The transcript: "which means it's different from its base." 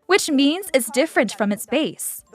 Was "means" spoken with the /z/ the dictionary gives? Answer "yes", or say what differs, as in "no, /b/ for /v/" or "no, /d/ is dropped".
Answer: yes